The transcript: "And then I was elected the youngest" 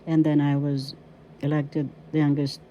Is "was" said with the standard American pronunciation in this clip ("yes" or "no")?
yes